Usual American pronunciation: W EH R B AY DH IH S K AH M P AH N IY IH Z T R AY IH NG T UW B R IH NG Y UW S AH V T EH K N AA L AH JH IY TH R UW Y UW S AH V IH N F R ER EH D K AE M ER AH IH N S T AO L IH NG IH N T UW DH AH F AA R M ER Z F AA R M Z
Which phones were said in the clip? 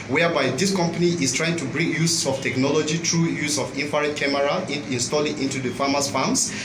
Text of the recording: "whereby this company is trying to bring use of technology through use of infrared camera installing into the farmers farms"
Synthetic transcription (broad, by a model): W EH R B AY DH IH S K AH M P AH N IY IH S T R AY IH NG T UW B R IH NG Y UW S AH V T EH K N AA L AH JH IY T R UW Y UW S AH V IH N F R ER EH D K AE M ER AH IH N S T AO L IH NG IH N T UW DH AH F AA M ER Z F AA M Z